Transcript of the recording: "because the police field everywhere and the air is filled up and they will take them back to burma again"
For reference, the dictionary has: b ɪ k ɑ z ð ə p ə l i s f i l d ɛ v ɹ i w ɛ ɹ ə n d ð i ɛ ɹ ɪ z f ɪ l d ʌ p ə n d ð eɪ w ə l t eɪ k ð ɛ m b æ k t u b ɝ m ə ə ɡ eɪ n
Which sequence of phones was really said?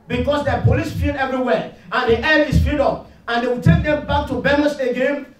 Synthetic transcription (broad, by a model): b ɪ k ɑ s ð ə p ə l i s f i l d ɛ v ɹ i w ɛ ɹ ə n d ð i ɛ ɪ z f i d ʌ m ə n d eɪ w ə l t eɪ k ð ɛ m b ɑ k t u b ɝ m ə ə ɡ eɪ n